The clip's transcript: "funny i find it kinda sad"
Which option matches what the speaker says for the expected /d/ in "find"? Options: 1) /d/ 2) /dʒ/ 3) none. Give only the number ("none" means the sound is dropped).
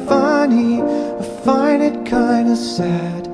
3